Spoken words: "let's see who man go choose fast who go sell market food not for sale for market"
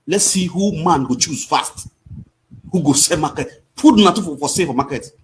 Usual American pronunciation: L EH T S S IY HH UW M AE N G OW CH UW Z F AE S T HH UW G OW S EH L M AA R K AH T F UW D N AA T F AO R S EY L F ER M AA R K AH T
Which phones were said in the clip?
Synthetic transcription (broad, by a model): L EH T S S IY HH UW M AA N G OW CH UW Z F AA S T HH UW G OW S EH M AA K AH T P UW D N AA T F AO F S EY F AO M AA K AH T